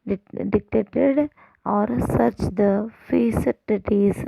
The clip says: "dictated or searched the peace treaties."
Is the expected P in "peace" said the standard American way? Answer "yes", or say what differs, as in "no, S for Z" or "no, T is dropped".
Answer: no, F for P